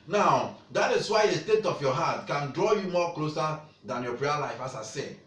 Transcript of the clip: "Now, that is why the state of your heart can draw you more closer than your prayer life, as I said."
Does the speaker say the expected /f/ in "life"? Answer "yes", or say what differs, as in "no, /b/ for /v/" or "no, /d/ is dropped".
yes